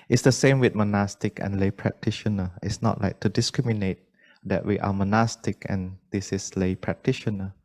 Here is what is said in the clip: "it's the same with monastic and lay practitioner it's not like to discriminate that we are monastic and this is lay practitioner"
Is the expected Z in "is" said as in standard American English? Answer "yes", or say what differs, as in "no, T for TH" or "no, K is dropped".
no, S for Z